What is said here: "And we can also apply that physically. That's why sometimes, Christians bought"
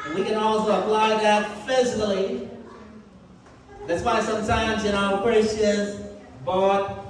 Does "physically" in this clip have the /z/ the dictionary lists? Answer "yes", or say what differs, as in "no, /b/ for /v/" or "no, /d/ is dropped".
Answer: yes